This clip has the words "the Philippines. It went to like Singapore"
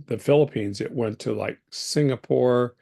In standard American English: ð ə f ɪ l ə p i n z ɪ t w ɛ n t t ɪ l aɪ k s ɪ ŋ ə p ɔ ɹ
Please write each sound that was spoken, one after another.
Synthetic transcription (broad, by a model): ð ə f ɪ l ə p i n z ɪ t w ɛ n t t ɪ l aɪ k s ɪ ŋ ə p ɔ ɹ